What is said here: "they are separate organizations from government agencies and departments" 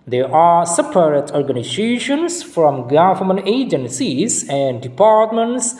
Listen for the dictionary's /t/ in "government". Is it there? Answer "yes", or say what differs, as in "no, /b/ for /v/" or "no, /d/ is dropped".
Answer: no, /t/ is dropped